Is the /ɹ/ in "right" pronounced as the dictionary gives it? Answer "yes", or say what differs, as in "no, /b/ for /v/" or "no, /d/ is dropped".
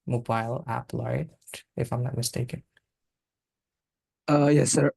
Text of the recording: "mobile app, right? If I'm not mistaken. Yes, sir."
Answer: no, /l/ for /ɹ/